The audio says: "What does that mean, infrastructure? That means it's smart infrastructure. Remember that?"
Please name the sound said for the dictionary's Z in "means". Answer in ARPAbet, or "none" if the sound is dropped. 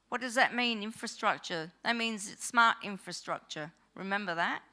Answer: Z